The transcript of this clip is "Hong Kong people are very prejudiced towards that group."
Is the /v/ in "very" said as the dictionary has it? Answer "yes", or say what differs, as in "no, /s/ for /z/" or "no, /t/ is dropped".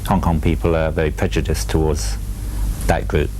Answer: yes